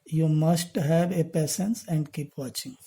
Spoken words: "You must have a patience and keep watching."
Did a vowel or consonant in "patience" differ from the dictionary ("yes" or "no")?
yes